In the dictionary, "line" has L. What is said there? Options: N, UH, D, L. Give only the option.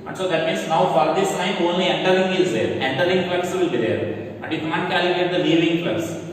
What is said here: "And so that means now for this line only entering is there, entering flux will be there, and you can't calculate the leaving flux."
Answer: N